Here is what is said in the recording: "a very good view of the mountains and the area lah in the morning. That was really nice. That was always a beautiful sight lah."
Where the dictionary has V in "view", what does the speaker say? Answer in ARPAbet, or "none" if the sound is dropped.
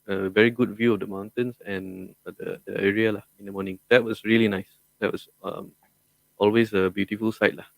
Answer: V